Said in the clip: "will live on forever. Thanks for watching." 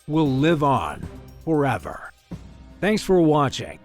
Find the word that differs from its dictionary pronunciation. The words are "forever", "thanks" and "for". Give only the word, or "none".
none